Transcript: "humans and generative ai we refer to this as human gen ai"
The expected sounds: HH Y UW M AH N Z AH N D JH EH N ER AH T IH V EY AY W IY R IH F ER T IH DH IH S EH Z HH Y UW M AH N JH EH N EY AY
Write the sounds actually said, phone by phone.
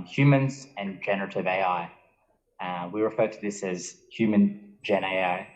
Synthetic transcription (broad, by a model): HH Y UW M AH N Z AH N JH EH N ER AH T IH V EY AY W IY R IH F ER T IH DH IH S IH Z HH Y UW M AH N JH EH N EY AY